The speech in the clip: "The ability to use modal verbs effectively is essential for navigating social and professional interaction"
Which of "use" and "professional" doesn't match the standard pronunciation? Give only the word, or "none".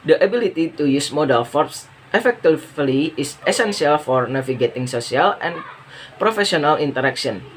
professional